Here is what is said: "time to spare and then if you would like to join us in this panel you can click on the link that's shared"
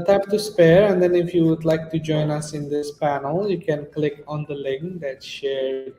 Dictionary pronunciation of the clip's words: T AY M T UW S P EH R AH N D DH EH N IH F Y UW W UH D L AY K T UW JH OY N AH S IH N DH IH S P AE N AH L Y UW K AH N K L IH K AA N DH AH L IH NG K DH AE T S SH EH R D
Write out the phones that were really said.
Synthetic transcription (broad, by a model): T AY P T UW S P EH R AH N D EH N IH F Y UW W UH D L AY K T UW JH OY N AH S IH N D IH S P AE N AH L Y UW K AH N K L IH K AA N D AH L IH NG K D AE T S SH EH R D